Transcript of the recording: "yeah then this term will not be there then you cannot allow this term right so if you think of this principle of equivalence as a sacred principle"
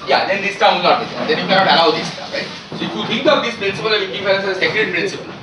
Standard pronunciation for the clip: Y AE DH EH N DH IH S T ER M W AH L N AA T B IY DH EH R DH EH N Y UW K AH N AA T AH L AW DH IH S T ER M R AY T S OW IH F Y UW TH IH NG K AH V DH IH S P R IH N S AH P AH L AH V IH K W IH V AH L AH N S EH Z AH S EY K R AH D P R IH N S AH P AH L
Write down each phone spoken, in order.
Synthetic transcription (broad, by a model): Y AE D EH N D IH S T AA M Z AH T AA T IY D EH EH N Y UW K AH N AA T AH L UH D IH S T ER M R AY T S OW IH F Y UW T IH NG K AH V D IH S P R IH N S AH P AH L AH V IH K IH F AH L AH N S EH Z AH S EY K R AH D P R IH N S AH P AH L